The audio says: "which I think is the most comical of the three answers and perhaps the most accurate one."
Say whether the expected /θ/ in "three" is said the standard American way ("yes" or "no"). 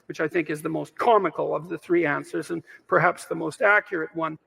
yes